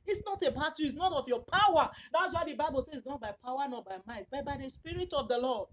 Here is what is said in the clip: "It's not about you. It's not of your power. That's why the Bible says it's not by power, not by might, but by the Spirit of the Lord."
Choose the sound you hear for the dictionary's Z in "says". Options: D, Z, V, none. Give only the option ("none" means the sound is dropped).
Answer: none